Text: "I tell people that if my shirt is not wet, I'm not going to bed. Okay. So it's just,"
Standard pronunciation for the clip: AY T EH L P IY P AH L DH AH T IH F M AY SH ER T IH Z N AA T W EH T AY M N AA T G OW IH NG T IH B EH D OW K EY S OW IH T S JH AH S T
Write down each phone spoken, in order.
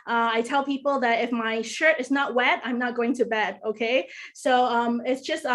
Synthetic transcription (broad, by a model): AY T EH L P IY P L DH AH T IH F M AY SH ER T IH Z N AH T W EH T AY M N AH T G OW IH NG T IH B EH D OW K EY S OW IH T S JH AH S T